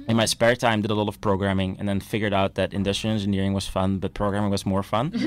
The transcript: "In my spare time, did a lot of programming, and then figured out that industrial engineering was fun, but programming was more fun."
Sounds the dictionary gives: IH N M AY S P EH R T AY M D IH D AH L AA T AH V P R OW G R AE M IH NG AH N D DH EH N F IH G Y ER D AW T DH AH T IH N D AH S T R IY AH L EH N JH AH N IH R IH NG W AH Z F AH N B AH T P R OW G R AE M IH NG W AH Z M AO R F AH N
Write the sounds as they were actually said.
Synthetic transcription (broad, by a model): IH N M AY S P EH R T AY M D IH D AH L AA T AH V P R OW G R AE M IH NG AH N DH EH N F IH G Y ER D AW T DH AH T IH N D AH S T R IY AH N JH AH N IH R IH NG W AH Z F AH N B AH T P R OW G R AE M IH NG W AH Z M AO R F AH N